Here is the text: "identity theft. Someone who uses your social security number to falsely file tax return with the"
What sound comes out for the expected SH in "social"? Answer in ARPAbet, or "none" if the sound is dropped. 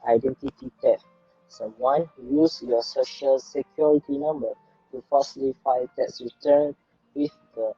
SH